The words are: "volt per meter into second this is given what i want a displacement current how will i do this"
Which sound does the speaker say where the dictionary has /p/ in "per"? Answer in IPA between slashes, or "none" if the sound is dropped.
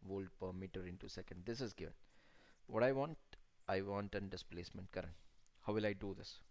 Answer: /p/